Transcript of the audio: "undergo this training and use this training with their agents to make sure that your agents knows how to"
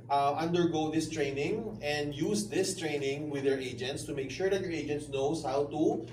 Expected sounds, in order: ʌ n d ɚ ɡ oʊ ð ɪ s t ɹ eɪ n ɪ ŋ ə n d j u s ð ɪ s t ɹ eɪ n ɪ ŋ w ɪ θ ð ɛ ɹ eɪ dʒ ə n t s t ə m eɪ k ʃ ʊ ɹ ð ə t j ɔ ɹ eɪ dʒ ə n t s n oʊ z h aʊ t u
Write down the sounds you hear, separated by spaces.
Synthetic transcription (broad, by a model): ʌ n d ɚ ɡ oʊ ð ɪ s t ɹ eɪ n ɪ ŋ ə n d j u s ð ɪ s t ɹ eɪ n ɪ ŋ w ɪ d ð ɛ ɹ eɪ dʒ ə n t s t ə m eɪ k ʃ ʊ ɹ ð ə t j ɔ ɹ eɪ dʒ ə n t s n oʊ s h aʊ t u